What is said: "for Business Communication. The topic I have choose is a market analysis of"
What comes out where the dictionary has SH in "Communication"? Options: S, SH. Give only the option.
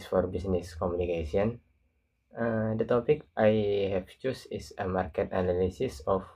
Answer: S